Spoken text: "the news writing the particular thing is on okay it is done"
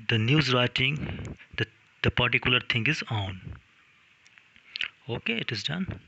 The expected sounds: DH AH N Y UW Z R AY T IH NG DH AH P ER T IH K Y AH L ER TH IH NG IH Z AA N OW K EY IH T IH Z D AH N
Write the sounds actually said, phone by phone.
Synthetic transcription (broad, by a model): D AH N Y UW Z R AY T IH NG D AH P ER T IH K Y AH L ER T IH NG IH Z AA N OW K EY IH T IH Z D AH N